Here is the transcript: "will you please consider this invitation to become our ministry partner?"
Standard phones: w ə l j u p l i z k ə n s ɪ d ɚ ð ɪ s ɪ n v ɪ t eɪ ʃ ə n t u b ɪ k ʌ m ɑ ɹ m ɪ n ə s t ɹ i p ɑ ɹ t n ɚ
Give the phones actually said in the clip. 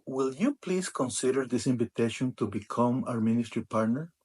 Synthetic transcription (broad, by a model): w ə l j u p l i s k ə n s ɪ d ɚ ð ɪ s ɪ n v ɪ t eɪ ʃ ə n t u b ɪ k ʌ m ɑ ɹ m ɪ n ə s t ɹ i p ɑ ɹ t n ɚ